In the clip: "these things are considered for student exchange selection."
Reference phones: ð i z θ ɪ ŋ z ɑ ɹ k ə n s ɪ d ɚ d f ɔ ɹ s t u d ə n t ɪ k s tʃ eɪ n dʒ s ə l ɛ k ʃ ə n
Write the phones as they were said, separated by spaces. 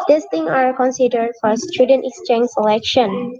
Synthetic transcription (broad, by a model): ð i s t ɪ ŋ ɑ ɹ k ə n s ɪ d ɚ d f ɔ ɹ s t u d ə n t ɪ k s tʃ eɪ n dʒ s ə l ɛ k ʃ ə n